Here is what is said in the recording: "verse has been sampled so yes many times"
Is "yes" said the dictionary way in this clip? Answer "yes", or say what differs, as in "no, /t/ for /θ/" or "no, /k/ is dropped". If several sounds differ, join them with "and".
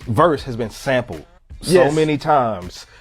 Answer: no, /s/ is dropped